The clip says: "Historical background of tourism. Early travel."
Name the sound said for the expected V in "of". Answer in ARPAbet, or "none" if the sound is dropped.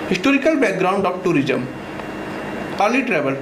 B